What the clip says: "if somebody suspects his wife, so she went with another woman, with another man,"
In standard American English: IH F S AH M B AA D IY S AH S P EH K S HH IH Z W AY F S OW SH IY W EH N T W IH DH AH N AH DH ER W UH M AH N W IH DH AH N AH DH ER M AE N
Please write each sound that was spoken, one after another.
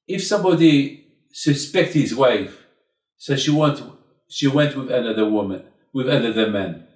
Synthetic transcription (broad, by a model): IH F S AH M B AA D IY S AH S P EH K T HH IH Z W AY F S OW SH IY W EH N T W IH DH AH N AH DH ER W UH M AH N W IH DH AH N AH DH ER M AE N